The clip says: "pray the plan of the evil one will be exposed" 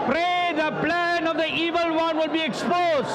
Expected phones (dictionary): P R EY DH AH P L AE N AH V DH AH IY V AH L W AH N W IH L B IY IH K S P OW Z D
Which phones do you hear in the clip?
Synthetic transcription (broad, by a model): P R EY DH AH P L AE N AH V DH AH IY V AH L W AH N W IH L B IY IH K S P OW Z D